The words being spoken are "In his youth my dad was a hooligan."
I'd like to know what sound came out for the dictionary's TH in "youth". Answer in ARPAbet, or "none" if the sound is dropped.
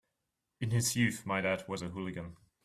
TH